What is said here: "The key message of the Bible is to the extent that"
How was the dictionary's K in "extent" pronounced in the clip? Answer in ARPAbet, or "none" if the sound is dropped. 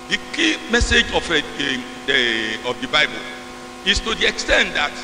K